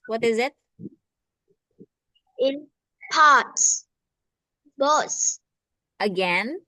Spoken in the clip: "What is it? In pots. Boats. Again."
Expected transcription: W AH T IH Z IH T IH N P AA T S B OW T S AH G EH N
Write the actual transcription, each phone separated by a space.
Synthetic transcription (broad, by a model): W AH T IH Z IH T IH N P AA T S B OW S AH G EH N